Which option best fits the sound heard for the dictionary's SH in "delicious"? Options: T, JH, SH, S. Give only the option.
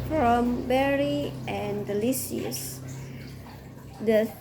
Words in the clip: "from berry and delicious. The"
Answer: S